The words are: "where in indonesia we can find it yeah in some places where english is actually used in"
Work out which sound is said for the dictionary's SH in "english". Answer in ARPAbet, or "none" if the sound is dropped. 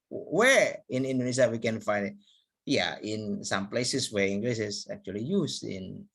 S